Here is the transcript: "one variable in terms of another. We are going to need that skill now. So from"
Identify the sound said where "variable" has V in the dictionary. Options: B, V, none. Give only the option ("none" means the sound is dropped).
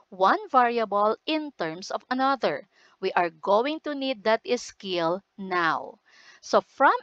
V